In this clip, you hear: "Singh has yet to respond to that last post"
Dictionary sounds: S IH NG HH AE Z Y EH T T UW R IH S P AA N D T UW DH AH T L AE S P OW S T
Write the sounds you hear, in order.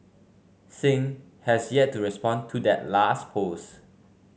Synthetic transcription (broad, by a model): S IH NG HH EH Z Y EH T T UW R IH S P AA N T UW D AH T L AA S P OW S